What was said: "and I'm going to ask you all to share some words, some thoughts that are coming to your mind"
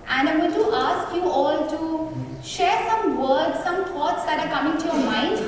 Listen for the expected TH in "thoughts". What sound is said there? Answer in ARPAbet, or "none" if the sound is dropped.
T